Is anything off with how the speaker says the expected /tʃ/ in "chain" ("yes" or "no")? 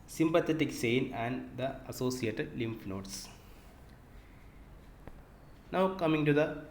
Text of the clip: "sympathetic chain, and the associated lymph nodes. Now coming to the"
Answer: yes